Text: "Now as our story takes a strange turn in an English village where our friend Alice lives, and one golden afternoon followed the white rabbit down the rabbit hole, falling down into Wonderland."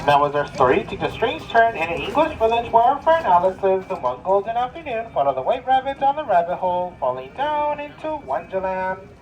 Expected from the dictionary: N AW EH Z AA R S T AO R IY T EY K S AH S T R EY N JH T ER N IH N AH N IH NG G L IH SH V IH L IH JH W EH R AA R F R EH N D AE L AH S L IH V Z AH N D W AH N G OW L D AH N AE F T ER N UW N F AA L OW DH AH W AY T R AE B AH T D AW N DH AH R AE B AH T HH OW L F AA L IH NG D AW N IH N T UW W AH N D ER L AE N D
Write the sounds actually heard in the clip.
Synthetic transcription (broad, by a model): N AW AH Z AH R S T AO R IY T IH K AH S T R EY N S T ER N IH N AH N IH NG G L IH SH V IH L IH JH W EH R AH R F EH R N AE L AH S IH Z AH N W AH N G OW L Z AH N AE F T ER N UW N F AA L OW DH AH W AY T R AE B AH T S N DH AH R AE B AH T HH OW L F AA L IH NG D AW N IH N T UW W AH N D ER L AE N